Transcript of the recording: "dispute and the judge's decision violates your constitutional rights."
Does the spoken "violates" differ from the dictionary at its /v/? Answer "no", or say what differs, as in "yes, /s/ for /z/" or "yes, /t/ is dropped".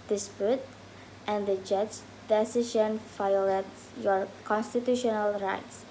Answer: yes, /f/ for /v/